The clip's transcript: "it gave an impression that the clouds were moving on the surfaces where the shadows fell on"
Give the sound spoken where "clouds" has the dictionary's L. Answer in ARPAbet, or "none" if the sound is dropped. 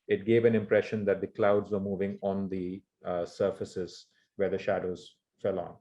L